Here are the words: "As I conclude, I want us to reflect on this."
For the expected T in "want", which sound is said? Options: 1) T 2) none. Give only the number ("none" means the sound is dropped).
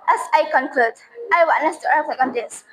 2